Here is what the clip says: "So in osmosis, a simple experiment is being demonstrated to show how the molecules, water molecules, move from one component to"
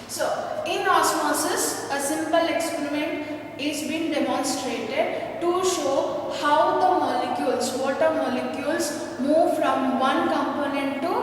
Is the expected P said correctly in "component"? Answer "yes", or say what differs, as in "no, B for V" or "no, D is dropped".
yes